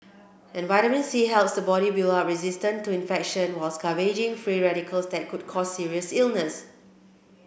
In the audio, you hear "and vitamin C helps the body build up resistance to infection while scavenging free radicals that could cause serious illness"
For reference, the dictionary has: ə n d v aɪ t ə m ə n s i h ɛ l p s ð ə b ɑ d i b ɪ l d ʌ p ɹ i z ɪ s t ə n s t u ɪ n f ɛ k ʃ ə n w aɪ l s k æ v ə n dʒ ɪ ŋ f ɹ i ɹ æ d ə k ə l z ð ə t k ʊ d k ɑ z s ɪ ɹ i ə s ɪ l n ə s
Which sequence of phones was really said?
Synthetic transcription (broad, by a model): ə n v aɪ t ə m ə n s i h ɛ l p s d ə b ɑ d i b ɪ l ʌ ɹ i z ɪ s t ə n t u ɪ n f ɛ k ʃ ə n w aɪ l s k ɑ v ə dʒ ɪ ŋ f ɹ i ɹ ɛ d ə k ə l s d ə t k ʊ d k ɑ s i ɹ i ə s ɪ l n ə s